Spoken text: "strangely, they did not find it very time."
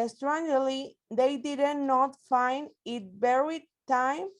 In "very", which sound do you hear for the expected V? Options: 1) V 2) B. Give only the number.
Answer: 2